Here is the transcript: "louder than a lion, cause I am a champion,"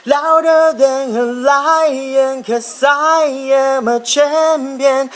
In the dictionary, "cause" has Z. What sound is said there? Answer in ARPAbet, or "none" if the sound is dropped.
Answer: S